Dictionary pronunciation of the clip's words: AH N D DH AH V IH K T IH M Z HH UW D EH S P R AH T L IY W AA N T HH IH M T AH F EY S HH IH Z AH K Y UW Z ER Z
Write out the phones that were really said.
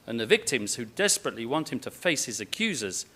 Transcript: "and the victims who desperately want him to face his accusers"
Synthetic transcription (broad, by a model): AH N DH AH V IH K T IH M Z HH UW D EH S P R AH T L IY W AA N T HH IH M T AH F EY S HH IH Z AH K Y UW Z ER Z